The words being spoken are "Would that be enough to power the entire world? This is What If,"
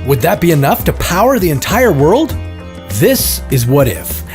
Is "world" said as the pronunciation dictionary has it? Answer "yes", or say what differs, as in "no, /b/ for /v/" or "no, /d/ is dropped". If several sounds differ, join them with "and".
yes